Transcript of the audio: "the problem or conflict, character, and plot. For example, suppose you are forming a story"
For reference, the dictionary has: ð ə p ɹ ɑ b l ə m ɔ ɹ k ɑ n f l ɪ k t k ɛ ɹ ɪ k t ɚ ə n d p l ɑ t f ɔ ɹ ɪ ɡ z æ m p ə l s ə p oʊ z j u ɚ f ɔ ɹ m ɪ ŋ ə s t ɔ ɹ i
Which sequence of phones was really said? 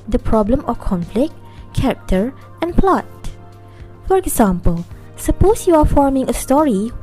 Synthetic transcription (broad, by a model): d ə p ɹ ɑ b l ə m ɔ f k ɑ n f l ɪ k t k ɛ ɹ ɪ k t ɚ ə n p l ɑ t f ɔ ɹ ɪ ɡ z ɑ m p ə l s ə p oʊ s j u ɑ f ɔ ɹ m ɪ ŋ ə s t ɔ ɹ i